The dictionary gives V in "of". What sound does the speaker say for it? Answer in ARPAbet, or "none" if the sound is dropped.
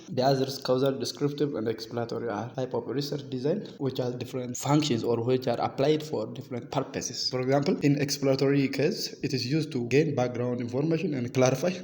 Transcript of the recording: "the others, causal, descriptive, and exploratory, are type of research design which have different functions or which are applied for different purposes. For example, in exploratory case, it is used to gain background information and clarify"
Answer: P